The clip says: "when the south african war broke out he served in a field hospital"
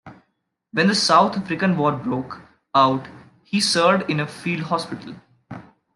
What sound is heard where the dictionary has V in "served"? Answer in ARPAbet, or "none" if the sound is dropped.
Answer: none